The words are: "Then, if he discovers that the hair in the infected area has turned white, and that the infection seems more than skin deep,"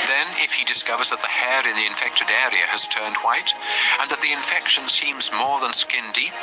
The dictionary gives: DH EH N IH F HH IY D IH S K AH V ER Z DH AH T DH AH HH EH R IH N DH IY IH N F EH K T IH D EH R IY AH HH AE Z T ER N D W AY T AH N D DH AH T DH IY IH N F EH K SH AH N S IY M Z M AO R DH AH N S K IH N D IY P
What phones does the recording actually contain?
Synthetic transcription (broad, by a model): DH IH N IH F HH IY D IH S K AH V ER Z DH AH T DH AH HH EH R IH N DH IY IH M F EH K T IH D EH R IY AH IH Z T ER N D W AY T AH N DH AH T DH IY IH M F EH K SH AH N S IY M Z M AO R DH AH N S K IH N D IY